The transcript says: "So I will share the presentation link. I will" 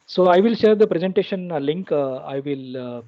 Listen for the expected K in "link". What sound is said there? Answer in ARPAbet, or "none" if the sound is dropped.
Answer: K